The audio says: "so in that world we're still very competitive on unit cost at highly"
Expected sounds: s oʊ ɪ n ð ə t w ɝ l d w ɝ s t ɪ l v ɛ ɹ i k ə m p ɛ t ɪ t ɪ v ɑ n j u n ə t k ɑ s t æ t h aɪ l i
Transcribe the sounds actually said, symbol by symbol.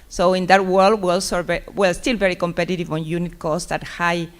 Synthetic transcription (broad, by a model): s oʊ ɪ n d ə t w ɝ l d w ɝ s t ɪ l v ɛ ɹ i k ə m p ɛ t ɪ t ɪ v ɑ n j u n ə t k ɑ s t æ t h aɪ